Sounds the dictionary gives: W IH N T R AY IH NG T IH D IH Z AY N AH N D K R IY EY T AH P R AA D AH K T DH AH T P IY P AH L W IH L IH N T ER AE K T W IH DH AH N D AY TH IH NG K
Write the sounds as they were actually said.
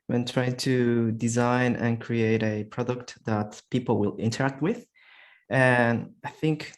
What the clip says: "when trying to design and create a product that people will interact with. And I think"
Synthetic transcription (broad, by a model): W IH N T R AY IH NG T IH D IH Z AY N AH N K R IY EY T AH P R AA D AH K T DH AH T P IY P L W IH L IH N T ER AE K T W IH DH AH N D AY TH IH NG K